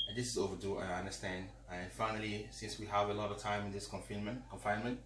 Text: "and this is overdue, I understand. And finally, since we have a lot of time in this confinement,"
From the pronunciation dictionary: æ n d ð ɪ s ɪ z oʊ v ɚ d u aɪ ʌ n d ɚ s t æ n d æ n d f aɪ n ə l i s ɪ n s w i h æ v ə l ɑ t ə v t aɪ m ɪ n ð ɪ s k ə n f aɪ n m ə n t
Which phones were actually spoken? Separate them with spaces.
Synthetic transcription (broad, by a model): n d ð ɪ s ɪ z oʊ v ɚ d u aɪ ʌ n d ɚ s t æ n d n f aɪ n ə l i s ɪ n s w i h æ v ə l ɑ t ə v t aɪ m ɪ n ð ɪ s k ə n f aɪ n m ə n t